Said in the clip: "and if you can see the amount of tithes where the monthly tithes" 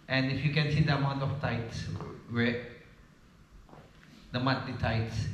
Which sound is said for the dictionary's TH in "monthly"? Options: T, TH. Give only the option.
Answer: T